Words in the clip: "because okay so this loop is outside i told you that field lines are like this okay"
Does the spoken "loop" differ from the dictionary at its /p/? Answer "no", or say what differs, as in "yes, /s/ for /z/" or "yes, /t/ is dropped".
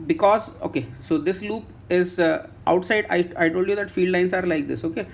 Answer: no